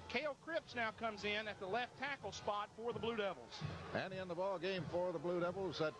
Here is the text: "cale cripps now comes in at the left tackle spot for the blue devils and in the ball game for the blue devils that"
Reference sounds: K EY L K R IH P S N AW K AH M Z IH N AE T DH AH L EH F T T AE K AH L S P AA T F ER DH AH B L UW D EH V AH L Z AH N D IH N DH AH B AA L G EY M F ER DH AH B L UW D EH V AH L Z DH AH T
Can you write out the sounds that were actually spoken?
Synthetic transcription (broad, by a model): K EY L K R IH P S N AW K AH M Z IH N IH T DH AH L EH F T T AE K L S P AA T F ER DH AH B L UW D EH V L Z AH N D IH N DH AH B AA L G EY M F ER DH AH B L UW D EH V L Z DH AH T